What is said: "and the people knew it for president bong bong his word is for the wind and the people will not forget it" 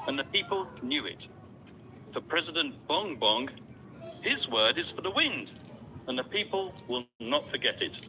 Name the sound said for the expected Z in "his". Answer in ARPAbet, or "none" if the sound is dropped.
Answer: Z